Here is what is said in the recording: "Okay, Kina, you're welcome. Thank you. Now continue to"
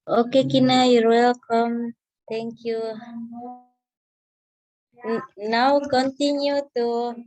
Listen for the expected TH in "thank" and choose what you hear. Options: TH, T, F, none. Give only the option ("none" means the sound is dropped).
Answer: T